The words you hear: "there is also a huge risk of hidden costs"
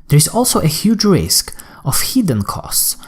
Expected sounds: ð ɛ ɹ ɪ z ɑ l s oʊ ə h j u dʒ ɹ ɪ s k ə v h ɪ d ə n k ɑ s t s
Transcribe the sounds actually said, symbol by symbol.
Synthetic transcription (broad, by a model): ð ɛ ɹ ɪ z ɑ l s oʊ ə h j u dʒ ɹ ɪ s k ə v h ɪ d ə n k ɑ s t s